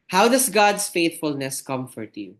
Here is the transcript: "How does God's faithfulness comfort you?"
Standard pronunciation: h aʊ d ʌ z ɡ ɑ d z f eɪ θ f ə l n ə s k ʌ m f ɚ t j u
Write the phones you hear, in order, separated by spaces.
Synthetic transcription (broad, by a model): h aʊ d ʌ s ɡ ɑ d s f eɪ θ f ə l n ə s k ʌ m f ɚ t j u